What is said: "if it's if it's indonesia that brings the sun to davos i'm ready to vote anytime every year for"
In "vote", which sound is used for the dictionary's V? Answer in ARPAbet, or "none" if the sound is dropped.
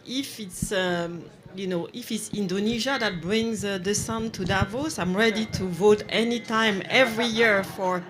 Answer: V